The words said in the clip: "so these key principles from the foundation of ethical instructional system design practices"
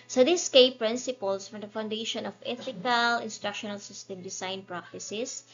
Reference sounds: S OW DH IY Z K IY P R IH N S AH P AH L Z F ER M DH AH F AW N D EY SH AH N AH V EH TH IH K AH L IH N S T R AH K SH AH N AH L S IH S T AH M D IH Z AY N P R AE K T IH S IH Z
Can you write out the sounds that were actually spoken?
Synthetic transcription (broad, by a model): S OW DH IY S K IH P R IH N S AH P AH L S F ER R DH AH F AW N D EY SH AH N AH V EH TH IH K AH L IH N S T R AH K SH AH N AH L S IH S T AH M D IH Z AY N P R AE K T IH S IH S